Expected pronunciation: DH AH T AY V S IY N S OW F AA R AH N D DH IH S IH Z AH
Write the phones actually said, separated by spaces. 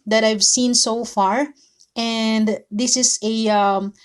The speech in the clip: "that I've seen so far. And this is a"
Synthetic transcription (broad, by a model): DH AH T AY V S IY N S OW F AA R AH N D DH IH S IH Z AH